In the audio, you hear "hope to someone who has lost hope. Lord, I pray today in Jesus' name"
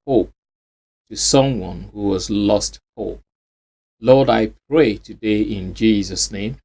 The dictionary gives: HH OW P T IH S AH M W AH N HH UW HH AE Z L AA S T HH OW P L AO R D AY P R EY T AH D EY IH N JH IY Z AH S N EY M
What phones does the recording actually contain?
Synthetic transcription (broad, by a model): HH OW P T IH S AH M W AH N HH UW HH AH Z L AA S T HH OW P L AO R D AY P R EY T AH D EY IH N JH IY Z AH S N EY M